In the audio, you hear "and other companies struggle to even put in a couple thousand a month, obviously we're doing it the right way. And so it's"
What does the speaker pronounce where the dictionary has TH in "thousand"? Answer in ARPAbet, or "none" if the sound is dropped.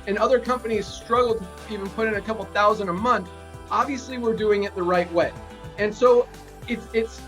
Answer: TH